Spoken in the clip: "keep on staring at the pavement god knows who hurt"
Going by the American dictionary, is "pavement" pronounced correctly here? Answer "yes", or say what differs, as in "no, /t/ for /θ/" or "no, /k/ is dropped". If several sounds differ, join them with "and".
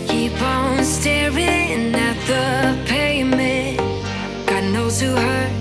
no, /v/ is dropped